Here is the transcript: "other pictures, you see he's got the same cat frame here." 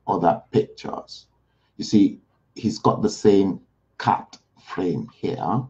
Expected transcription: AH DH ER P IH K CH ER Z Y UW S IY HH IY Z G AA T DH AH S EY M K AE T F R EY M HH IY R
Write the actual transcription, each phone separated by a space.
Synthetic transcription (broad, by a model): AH DH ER P IH K CH ER Z Y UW S IY HH IY Z G AA T DH AH S EY M K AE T F R EY M HH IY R